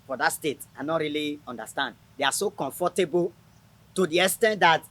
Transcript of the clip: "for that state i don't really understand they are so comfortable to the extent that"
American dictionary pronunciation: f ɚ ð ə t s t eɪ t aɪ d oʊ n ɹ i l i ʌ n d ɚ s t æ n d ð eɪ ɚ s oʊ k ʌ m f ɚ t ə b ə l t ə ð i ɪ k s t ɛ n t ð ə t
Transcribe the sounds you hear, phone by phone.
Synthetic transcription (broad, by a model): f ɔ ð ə t s t eɪ t aɪ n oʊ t ɹ i l i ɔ n d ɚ s t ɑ n d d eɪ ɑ s oʊ k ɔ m f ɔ t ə b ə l t ə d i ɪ s t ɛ n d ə t